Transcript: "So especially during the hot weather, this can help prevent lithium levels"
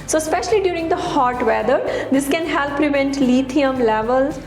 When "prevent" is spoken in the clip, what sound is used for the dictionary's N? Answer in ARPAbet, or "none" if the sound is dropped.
N